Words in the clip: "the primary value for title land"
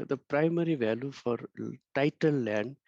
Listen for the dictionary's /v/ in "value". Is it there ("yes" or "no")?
yes